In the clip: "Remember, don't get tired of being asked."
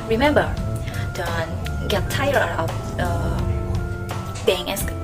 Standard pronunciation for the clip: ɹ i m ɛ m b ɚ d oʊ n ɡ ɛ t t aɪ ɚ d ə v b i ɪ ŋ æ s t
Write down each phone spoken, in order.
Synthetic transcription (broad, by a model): ɹ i m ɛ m b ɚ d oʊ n ɡ ɛ t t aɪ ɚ ə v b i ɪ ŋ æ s